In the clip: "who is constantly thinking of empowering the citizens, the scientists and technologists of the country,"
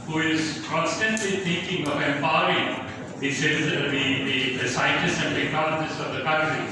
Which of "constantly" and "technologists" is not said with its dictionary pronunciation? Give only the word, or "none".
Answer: technologists